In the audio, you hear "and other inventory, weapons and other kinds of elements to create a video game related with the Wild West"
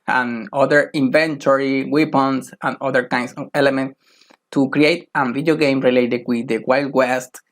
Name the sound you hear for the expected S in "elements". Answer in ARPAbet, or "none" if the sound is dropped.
none